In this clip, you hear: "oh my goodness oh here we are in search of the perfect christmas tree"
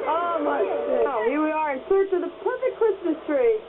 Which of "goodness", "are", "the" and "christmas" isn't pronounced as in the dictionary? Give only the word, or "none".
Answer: goodness